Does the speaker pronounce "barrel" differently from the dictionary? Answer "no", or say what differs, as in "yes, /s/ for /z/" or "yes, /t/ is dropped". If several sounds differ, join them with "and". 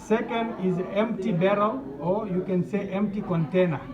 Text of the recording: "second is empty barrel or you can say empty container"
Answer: no